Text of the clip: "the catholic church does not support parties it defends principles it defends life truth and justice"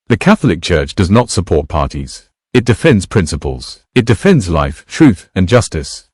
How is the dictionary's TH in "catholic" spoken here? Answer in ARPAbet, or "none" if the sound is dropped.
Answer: TH